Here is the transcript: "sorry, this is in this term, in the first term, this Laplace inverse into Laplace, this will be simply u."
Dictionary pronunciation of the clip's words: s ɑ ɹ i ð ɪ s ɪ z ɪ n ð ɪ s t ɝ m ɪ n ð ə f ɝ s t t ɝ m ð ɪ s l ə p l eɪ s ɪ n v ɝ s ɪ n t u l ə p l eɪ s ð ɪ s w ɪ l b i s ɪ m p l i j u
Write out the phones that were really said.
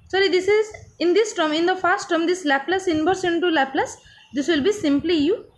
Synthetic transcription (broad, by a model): s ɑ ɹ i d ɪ s ɪ z ɪ n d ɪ s t ɝ m ɪ n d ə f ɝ s t t ɝ m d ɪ s l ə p l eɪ s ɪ n b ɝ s ɪ n t u l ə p l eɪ s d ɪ s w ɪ l b i s ɪ m p l i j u